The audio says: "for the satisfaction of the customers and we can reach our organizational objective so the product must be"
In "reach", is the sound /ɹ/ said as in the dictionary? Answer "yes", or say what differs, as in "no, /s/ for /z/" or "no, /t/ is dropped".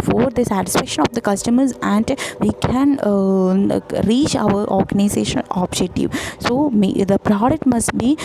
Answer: yes